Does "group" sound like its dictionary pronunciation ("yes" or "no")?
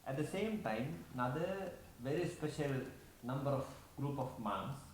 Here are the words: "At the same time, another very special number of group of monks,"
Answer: yes